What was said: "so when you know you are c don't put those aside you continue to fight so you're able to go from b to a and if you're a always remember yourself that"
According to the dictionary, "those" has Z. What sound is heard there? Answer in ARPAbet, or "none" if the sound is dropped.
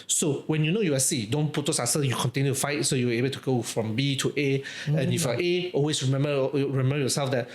S